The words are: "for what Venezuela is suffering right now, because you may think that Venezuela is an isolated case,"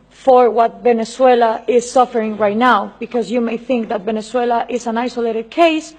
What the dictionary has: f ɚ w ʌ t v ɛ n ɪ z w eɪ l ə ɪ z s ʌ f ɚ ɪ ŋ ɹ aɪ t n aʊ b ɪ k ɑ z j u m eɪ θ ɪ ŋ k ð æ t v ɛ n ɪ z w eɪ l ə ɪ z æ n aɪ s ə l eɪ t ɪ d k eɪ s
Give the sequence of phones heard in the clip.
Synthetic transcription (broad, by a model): f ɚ w ʌ t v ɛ n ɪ s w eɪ l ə ɪ z s ʌ f ɚ ɪ ŋ ɹ aɪ t n aʊ b ɪ k ɑ z j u m eɪ θ ɪ ŋ k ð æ t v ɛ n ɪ s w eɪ l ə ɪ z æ n aɪ s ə l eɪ t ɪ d k eɪ s